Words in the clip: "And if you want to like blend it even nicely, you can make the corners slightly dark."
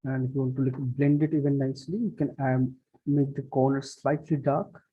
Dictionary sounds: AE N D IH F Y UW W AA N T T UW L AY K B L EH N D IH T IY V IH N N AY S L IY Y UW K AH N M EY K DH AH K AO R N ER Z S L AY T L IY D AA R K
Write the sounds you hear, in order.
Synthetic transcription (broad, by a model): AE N D IH F Y UW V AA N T T UW L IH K B L EH N D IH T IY V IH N N AY S L IY Y UW K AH N M EY K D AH K AO R N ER S L AY T L IY D AA R K